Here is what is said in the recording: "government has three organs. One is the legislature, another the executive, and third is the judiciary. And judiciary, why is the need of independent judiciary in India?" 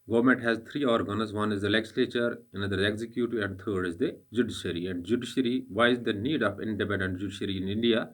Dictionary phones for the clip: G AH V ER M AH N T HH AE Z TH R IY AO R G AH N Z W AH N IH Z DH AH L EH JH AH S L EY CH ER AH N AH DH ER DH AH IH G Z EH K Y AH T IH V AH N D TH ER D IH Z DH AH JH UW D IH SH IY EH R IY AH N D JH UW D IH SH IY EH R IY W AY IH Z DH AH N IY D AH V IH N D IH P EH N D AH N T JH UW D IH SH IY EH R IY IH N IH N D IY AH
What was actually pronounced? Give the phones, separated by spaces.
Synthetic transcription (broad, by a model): G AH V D M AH N T HH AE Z T R IY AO R G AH N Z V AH N IH Z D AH L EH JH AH S L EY CH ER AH N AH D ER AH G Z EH K Y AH T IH AH N D T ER D IH Z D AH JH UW D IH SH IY R IY AH N D JH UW D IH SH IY R IY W AY IH Z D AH N IY D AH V IH N D IH P EH N D AH N T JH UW D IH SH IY R IY IH N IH N D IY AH